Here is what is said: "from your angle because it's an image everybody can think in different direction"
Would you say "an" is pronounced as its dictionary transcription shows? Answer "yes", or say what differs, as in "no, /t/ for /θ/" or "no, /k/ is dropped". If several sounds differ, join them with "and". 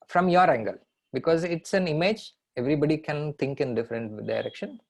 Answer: yes